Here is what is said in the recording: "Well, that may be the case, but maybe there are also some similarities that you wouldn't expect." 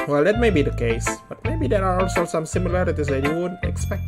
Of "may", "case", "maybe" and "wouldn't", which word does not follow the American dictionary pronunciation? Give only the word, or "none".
wouldn't